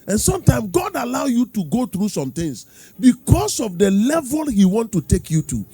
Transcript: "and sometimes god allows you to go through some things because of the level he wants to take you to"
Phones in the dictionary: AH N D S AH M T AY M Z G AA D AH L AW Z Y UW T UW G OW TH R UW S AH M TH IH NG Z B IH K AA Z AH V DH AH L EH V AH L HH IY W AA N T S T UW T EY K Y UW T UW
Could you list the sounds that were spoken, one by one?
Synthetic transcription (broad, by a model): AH N S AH M T AY M S G AA D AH L AW Y UW T UW G OW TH R UW S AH M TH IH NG S B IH K AA S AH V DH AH L EH V AH L HH IY W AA N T T UW T EY K Y UW T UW